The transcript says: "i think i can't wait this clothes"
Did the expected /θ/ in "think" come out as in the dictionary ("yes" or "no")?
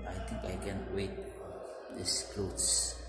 no